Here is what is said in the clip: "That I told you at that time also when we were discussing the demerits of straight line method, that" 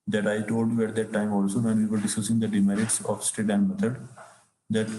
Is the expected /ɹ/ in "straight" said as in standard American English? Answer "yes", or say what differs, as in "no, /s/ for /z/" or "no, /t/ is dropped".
no, /ɹ/ is dropped